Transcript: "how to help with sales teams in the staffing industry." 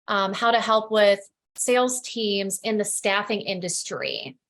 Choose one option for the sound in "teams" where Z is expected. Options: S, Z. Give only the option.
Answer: Z